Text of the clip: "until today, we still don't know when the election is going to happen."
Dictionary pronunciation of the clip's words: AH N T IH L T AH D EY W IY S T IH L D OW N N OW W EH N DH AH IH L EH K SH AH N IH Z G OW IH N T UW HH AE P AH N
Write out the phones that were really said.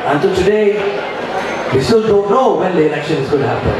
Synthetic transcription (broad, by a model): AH N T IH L T AH D EY W IY S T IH L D OW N N OW W EH N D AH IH N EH K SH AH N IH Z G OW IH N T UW HH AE P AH N